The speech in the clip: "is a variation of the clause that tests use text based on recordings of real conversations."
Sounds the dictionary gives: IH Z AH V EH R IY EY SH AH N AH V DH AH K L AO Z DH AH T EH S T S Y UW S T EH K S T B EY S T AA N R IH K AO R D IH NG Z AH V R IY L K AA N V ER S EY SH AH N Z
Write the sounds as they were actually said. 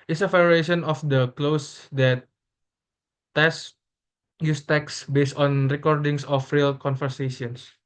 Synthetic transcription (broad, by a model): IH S AH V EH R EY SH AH N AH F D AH K L AO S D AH T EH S S Y UW S T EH K S B EY S T AA N R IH K AO R D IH NG S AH F R IY L K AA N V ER S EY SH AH N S